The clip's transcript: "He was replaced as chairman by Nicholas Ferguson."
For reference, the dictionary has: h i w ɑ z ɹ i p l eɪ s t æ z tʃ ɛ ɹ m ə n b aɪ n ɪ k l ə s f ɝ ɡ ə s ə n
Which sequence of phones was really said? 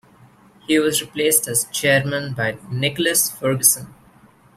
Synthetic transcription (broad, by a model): h i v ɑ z ɹ i p l eɪ s t æ z tʃ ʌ ɹ m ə n b aɪ n ɪ k l ə s f ɝ ɡ ə s ə n